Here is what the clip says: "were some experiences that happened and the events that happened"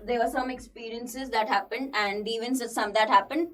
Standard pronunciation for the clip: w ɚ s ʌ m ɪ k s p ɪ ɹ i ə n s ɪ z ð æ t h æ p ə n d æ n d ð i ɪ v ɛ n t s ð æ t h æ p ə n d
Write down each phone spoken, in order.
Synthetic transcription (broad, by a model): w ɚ s ʌ m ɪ k s p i ɹ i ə n s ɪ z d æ t h æ p ə n d æ n d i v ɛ n s s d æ t h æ p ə n d